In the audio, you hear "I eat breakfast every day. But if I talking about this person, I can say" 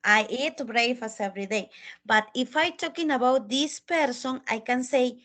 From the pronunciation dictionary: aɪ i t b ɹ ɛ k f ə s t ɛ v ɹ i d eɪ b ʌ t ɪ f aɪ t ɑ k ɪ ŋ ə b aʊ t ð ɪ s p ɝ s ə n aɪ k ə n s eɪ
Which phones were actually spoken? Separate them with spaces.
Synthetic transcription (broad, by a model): aɪ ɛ t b ɹ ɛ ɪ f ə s ɛ v ɹ i d eɪ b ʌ t ɪ f aɪ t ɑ k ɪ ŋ ə b aʊ t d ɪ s p ɝ s ə n aɪ k ə n s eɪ